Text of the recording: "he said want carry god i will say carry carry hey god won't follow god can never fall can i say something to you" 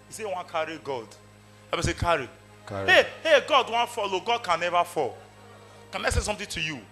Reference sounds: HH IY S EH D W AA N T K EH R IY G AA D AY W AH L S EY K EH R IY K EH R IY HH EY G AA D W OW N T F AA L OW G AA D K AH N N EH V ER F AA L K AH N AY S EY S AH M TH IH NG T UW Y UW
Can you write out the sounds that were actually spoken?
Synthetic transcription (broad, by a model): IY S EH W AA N K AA R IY G AA D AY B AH S EY K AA R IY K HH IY HH EY G AA D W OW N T F AA L OW G AA D K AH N N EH V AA F AA L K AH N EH S EY S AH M T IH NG T UW Y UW